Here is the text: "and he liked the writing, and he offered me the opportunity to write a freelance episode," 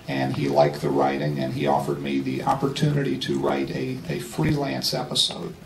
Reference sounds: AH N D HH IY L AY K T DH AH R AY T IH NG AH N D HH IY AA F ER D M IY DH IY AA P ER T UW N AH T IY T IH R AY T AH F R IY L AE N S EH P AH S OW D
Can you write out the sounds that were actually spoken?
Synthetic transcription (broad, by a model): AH N IY L AY K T DH AH R AY T IH NG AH N IY AA F ER D M IY DH IY AA P ER T UW N AH T IY T IH R AY T AH F R IY L AE N S EH P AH S OW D